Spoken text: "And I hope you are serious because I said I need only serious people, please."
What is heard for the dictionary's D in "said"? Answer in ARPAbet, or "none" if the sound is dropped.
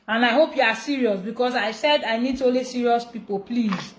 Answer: D